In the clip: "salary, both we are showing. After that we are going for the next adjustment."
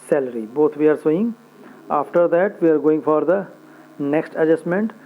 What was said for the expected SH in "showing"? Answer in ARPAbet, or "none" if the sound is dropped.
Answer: S